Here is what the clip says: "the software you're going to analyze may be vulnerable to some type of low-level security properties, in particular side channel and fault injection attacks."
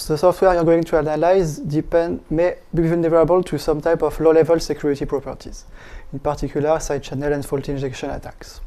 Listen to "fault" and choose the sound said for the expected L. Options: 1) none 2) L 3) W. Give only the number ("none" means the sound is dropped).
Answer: 2